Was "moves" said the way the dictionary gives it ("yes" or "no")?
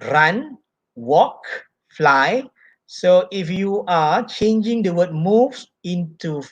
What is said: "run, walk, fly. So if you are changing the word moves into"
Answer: no